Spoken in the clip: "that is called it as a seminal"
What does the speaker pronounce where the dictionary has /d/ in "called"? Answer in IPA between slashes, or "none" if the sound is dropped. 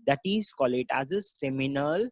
none